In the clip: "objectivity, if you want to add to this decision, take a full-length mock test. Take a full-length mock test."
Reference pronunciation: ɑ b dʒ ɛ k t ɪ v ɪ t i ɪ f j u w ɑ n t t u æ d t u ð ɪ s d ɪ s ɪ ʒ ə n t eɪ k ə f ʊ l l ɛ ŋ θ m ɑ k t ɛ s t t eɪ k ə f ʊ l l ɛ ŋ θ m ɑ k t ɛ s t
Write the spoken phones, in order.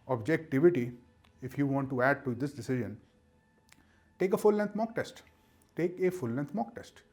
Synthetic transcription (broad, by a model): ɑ b dʒ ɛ k t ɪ v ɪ t i ɪ f j u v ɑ n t t u æ d t u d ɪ s d ɪ s ɪ ʒ ə n t eɪ k ə f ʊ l l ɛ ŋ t m ɑ k t ɛ s t t eɪ k ə f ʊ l l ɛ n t m ɑ k t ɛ s t